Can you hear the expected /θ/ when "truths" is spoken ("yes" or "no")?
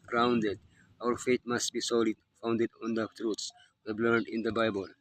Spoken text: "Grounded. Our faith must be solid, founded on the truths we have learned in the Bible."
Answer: no